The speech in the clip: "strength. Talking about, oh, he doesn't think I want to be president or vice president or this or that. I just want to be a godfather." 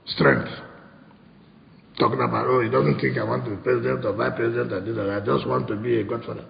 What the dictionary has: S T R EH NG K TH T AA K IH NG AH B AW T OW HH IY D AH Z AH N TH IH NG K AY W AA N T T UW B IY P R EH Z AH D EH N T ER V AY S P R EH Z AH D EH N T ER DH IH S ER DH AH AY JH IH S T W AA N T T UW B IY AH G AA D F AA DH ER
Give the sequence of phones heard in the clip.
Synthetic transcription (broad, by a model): S T R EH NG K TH T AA K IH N AH B AW T OW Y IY D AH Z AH N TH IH NG K AY W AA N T T UW B IY P R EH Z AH D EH N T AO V AY P R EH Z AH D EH N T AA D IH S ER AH AY JH IH S T W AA N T T UW B IY AH G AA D F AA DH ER